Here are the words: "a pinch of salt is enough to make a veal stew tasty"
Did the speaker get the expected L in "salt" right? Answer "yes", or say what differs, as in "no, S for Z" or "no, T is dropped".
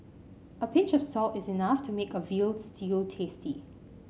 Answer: yes